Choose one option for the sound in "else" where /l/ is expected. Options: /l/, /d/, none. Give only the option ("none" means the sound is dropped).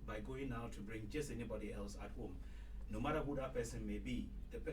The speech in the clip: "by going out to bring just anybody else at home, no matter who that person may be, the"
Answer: /l/